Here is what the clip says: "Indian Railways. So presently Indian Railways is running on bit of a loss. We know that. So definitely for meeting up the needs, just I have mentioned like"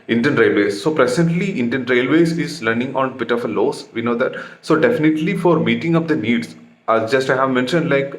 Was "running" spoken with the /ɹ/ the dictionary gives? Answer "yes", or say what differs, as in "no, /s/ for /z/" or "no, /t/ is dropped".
no, /l/ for /ɹ/